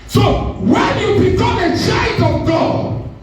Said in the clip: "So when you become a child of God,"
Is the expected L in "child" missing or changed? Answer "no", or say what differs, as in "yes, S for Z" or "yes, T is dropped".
yes, L is dropped